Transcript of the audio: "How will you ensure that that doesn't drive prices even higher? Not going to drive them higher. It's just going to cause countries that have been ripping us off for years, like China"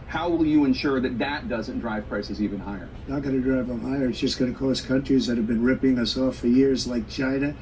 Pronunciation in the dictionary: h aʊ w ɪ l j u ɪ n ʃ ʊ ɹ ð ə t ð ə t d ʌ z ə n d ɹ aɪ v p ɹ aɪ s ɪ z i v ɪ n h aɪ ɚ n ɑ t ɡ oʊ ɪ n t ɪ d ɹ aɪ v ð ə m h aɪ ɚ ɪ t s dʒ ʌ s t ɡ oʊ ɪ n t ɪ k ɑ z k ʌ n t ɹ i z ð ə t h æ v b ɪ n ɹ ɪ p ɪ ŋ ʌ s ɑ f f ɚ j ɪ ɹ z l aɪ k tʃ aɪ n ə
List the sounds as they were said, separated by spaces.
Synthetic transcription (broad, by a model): h aʊ w ɪ l j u ɪ n ʃ ʊ ɹ ð ə t ð ə t d ʌ z ə n d ɹ aɪ v p ɹ aɪ s ɪ z i v ɪ n h aɪ ɚ n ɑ t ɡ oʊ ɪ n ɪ d ɹ aɪ v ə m h aɪ ɚ ɪ t s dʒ ʌ s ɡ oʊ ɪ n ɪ k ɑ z k ʌ n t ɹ i z ð ə t h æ v b ɪ n ɹ ɪ p ɪ ŋ ʌ s ɑ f f ɚ j ɪ ɹ z l aɪ k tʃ aɪ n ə